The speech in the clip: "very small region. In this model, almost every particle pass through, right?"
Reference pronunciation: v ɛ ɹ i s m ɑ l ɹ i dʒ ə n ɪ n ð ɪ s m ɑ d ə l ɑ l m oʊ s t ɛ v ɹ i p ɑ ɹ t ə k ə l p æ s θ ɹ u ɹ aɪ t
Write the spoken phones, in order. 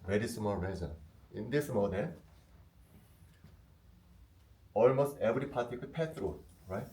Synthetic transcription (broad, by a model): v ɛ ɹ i s m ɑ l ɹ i z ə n ɪ n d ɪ s m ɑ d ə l ɑ l m oʊ s t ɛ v ɹ i p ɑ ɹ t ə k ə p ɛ θ ɹ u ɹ aɪ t